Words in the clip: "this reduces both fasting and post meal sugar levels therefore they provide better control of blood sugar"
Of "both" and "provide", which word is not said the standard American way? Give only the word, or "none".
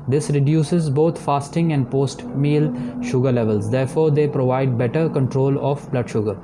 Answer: both